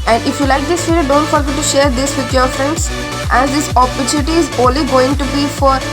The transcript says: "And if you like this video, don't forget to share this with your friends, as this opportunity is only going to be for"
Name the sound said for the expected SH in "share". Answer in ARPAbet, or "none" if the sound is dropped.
SH